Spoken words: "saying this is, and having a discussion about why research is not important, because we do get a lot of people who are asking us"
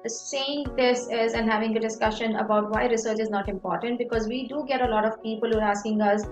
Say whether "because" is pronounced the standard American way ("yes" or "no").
yes